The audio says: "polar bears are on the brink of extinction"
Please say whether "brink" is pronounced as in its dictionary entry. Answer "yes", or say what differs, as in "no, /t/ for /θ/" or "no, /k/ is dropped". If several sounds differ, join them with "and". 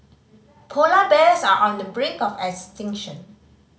no, /ŋ/ is dropped